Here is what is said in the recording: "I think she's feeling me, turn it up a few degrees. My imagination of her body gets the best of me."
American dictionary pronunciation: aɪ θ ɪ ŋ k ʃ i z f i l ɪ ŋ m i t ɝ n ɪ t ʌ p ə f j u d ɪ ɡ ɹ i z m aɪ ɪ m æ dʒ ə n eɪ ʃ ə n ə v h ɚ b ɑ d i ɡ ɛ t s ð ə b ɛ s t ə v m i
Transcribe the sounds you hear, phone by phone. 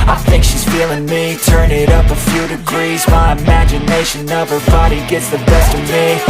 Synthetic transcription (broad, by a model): aɪ θ ɪ ŋ k ʃ i z f i l ɪ ŋ m i t ɝ n ɪ t ʌ p ə f j u d ɪ ɡ ɹ i z m aɪ ɪ m æ dʒ ə n eɪ ʃ ə n ə v ɚ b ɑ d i ɡ ɛ t s ð ə b ɛ s t ə v m i